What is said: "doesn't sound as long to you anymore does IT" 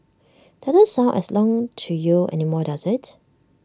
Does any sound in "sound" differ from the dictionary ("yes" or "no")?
yes